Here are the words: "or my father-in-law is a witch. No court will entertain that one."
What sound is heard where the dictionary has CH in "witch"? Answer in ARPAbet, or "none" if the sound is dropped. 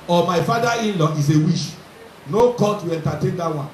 SH